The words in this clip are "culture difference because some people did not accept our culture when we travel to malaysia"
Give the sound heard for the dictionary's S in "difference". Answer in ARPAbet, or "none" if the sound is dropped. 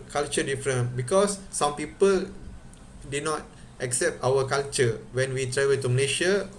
none